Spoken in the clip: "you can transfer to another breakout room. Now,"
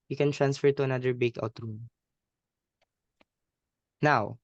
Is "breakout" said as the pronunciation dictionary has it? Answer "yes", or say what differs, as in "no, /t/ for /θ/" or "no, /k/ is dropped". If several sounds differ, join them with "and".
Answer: no, /ɹ/ is dropped